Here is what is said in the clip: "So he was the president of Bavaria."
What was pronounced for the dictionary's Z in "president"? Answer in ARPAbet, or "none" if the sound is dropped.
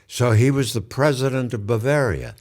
Z